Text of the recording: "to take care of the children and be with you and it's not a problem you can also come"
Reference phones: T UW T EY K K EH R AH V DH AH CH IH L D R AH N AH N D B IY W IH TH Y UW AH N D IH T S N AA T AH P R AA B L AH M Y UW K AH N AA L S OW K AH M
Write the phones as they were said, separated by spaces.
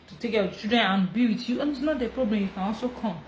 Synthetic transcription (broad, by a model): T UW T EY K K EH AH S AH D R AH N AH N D B IY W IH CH Y UW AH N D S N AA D AH P R AA B L AH M Y UW K AH N AA L S OW K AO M